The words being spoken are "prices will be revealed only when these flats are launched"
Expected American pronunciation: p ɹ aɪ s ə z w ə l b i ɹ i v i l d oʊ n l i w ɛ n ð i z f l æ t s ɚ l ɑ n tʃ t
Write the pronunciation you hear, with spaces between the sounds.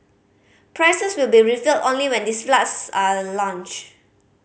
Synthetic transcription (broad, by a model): p ɹ aɪ s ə s w ə l b i ɹ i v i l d oʊ n l i w ɛ n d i s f l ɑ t s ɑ l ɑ n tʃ